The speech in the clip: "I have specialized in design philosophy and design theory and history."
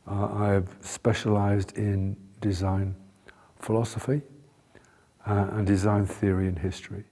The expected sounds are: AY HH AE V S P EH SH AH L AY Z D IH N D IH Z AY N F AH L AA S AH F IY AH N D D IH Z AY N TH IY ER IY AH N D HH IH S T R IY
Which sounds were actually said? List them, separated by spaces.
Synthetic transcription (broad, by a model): AY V S P EH SH AH L AY Z D IH N D IH Z AY N F AH L AA S AH F IY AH N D D IH Z AY N TH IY ER IY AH N HH IH S T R IY